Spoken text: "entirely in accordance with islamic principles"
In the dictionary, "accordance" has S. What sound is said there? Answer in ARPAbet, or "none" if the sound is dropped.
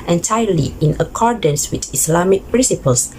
S